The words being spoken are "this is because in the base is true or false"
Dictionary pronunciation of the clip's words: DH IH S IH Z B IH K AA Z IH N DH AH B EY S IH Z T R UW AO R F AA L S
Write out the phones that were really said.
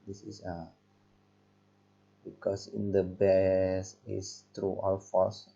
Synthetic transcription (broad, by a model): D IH S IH S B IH K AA S IH N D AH B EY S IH S T R UW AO L F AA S